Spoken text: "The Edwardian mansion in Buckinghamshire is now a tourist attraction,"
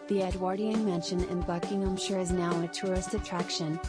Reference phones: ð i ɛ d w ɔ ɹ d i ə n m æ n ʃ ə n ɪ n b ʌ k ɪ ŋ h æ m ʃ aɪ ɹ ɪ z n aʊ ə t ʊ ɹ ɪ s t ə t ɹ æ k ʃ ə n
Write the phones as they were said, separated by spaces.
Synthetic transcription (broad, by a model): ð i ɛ d w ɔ ɹ d i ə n m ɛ n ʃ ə n ɪ n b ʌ k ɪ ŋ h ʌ m ʃ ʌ ɹ ɪ z n aʊ ə t ʊ ɹ ɪ s t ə t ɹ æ k ʃ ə n